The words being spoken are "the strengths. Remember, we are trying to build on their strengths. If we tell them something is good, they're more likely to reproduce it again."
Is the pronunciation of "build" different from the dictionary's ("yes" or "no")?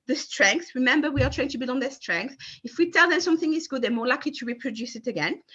yes